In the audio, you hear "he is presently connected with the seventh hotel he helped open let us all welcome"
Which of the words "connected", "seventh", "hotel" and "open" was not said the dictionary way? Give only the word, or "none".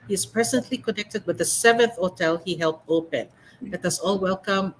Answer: none